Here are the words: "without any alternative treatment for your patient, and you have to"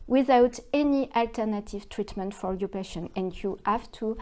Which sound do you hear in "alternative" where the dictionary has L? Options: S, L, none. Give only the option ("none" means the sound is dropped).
L